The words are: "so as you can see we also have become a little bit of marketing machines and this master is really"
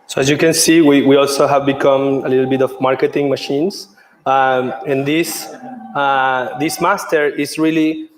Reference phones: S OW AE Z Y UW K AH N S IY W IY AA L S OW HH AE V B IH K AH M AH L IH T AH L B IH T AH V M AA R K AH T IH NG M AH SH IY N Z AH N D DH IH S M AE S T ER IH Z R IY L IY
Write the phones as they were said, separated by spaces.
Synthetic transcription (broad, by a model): S OW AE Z Y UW K AH N S IY W IY AA L S OW HH AE V B IH K AH M AH L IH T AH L B IH T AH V M AA R K AH T IH NG M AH SH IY N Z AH N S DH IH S M AE S T ER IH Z R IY L IY